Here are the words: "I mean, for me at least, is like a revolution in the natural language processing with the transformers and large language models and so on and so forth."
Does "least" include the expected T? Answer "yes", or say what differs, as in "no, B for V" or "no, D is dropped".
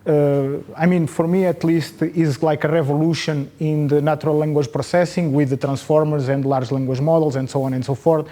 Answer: yes